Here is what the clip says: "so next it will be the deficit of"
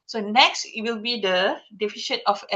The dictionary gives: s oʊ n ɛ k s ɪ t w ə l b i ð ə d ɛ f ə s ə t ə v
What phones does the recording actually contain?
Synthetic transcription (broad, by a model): s oʊ n ɛ k s ɪ t w ə l b i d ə d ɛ f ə ʃ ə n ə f